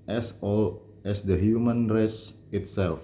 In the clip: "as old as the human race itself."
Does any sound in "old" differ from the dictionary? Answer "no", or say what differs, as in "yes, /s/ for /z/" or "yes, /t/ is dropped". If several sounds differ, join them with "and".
yes, /d/ is dropped